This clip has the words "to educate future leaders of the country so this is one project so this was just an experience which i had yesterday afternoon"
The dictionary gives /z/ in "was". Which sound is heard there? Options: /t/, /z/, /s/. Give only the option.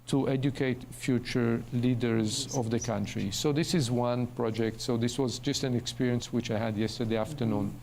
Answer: /z/